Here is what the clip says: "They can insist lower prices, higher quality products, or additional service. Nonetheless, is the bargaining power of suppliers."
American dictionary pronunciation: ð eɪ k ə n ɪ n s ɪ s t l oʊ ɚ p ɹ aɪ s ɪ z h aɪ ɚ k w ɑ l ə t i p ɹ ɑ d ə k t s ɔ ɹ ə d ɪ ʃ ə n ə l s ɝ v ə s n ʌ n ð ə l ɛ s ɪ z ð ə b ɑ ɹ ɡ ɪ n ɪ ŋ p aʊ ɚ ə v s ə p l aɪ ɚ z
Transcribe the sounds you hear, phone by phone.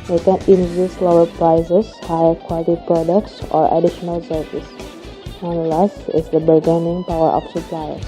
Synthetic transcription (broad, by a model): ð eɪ k ə n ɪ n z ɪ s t l oʊ ɚ p ɹ aɪ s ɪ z h aɪ ɚ k w ɑ l ə t i p ɹ ɑ d ə k t s ɔ ɹ ə d ɪ ʃ ə n ə l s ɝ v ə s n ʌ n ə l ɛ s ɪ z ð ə b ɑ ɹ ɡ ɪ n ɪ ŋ p aʊ ɚ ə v s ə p l aɪ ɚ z